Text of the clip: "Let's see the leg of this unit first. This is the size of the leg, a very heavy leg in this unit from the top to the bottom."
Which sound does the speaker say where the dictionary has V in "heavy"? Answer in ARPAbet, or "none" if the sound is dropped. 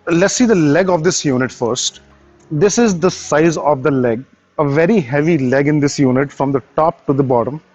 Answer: V